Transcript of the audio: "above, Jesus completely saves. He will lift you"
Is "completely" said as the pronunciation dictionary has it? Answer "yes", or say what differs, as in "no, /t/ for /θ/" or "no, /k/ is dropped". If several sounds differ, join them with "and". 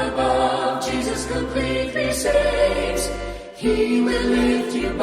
no, /m/ is dropped